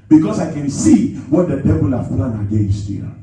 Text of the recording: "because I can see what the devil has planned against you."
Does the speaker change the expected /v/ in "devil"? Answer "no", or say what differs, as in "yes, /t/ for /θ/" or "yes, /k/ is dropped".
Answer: yes, /b/ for /v/